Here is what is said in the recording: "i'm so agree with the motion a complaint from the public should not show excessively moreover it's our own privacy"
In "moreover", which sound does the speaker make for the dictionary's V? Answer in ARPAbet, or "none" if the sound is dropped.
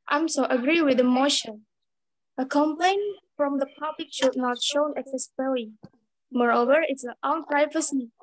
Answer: V